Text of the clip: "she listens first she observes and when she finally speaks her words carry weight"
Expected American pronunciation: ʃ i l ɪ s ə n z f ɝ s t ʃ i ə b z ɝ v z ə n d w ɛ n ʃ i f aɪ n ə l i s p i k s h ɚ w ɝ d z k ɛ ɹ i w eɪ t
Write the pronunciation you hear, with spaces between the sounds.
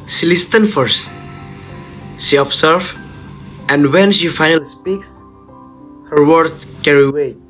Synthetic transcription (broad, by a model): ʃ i l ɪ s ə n f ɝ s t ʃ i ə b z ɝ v ə n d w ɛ n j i f aɪ n ə l i s p i k s h ɚ w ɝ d k ɛ ɹ i w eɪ